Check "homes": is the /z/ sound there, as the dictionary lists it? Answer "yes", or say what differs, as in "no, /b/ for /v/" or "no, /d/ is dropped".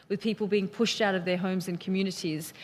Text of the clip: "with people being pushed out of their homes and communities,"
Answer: yes